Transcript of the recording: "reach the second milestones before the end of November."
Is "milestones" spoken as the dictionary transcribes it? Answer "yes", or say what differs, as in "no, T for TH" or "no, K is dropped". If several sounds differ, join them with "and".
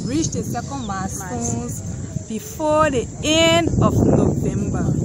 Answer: no, L is dropped